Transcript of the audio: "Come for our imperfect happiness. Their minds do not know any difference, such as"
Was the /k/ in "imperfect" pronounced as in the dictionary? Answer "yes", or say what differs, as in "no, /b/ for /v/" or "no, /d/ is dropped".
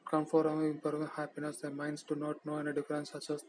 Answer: no, /k/ is dropped